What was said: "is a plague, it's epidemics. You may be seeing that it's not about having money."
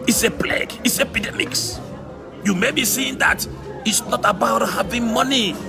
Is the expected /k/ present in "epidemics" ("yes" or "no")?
yes